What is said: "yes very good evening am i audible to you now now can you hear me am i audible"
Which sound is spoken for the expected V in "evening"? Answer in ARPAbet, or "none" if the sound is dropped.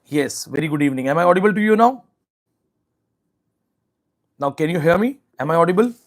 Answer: V